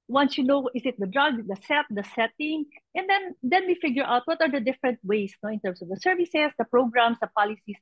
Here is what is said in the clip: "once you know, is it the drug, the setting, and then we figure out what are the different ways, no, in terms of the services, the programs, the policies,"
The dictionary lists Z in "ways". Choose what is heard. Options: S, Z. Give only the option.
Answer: S